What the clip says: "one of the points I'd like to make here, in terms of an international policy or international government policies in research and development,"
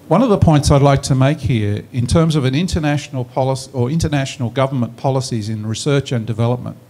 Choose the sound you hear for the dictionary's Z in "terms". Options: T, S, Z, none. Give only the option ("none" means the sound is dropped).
Z